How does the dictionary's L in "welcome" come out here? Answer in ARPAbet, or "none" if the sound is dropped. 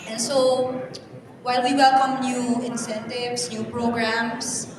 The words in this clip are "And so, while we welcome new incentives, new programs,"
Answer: L